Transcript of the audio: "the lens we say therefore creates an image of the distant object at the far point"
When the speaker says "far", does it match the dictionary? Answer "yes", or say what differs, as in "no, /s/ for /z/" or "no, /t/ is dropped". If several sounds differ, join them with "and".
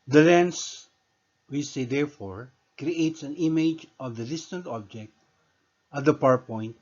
no, /p/ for /f/